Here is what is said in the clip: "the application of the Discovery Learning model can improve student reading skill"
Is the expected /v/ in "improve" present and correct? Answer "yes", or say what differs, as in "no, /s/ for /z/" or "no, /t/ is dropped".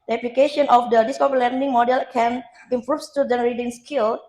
no, /f/ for /v/